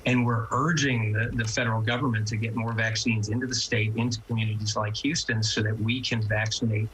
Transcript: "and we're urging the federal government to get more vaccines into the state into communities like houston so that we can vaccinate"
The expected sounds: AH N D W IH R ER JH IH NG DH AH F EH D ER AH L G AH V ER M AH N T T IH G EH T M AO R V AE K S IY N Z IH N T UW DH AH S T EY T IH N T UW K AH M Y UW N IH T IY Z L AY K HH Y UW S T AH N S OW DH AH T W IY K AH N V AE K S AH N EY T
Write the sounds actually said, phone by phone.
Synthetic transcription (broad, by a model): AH N W IH R ER JH IH NG DH AH F EH D ER L G AH V ER M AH N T T IH G EH T M AO R V AE K S IY N Z IH N T UW DH AH S T EY T IH N T UW K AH M Y UW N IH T IY Z L AY K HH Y UW S T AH N S OW DH AH T W IY K AH N V AE K S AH N EY T